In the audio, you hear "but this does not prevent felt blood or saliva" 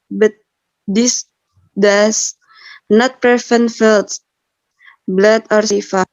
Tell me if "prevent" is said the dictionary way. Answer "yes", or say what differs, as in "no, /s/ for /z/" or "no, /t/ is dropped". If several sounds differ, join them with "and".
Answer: no, /f/ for /v/